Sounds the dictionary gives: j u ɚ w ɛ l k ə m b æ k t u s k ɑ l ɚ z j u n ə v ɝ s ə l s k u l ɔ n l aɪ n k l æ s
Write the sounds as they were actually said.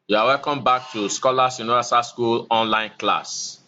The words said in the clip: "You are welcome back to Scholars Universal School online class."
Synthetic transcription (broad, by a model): j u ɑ w ɛ l k ə m b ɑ k t u s k ɑ l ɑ s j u n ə ɑ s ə s k u l ɔ n l aɪ n k l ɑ s